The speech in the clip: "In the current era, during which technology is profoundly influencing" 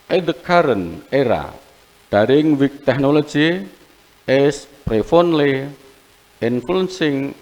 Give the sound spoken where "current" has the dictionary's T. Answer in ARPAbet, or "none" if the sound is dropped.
none